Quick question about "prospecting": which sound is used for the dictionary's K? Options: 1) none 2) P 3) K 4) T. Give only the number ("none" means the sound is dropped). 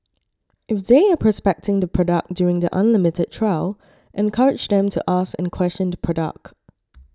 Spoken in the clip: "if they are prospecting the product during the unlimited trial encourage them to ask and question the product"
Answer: 3